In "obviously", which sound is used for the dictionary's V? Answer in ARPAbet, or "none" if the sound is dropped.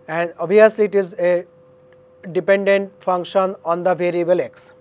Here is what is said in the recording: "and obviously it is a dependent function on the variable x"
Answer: none